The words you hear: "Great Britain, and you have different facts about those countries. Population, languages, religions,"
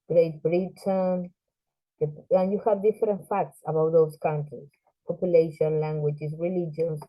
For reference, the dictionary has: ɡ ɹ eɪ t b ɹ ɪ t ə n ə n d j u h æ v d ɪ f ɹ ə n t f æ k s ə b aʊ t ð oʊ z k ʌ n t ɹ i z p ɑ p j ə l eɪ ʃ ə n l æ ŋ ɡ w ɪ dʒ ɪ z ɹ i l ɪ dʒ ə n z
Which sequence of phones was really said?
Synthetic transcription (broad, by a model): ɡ ɹ eɪ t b ɹ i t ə n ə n j u h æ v d ɪ f ɹ ə n t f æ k s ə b aʊ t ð oʊ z k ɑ n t ɹ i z p ɑ p j ə l eɪ ʃ ə n l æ ŋ ɡ w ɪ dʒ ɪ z ɹ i l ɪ dʒ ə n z